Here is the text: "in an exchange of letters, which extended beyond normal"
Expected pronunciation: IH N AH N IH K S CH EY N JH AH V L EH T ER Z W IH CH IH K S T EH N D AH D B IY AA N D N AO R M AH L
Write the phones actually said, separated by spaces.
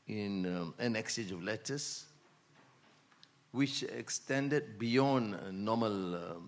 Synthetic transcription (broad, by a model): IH N AH N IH K S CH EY JH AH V L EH T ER S W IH CH IH K S T EH N D AH D B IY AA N N AO M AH L